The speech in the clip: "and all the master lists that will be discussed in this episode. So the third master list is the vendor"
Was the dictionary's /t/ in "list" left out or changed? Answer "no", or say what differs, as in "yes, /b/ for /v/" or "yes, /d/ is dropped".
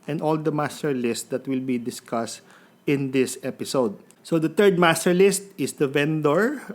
no